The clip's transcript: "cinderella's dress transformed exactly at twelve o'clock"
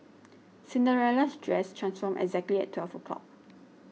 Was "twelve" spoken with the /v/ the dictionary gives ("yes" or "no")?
no